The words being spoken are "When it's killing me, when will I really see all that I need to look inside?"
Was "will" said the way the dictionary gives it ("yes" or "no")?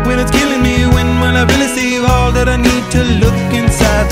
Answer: no